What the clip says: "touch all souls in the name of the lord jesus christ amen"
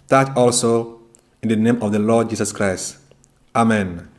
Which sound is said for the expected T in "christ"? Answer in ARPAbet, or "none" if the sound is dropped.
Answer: T